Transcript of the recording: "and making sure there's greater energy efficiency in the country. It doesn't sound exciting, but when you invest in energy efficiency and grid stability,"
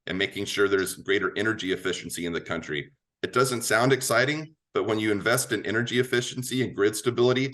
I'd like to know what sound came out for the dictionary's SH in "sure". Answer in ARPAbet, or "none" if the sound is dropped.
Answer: SH